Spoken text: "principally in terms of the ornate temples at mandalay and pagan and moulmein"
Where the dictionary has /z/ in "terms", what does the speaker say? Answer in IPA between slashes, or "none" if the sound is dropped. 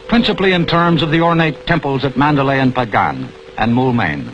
/z/